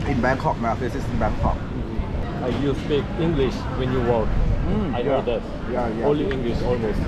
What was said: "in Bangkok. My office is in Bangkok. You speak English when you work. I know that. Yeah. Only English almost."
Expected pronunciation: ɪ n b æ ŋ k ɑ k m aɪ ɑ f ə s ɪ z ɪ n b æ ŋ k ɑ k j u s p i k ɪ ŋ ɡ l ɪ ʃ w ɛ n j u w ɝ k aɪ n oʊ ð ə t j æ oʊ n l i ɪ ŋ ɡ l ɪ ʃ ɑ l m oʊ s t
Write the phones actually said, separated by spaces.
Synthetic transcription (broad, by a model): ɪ n b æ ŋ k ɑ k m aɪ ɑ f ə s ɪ s ɪ n b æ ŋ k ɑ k j u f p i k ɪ ŋ ɡ l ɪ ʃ w ɛ n j u w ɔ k aɪ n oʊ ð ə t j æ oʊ l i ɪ ŋ ɡ l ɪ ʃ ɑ l m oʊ s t